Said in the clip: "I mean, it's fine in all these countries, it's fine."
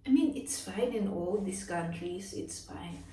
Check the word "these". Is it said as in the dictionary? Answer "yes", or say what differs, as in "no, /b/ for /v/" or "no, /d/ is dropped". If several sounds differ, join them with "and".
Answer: no, /s/ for /z/